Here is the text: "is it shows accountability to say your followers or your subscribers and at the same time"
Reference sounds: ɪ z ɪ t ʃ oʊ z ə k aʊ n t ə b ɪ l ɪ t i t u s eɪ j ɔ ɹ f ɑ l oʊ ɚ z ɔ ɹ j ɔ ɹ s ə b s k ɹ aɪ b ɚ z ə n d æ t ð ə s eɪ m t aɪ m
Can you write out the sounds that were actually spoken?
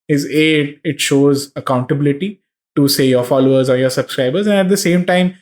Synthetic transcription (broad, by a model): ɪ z ɪ t ʃ oʊ z ə k aʊ n t ə b ɪ l ɪ t i t u s eɪ j ɔ ɹ f ɑ l oʊ ɚ z ɔ ɹ j ɔ ɹ s ə b s k ɹ aɪ b ɚ z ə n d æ t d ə s eɪ m t aɪ m